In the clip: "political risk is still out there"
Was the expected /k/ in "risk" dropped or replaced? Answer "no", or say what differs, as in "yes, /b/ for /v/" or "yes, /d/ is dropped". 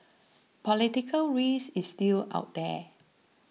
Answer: yes, /k/ is dropped